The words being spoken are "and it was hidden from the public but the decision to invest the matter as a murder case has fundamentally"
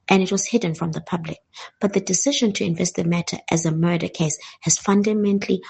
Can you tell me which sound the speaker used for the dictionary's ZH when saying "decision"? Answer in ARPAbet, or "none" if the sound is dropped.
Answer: ZH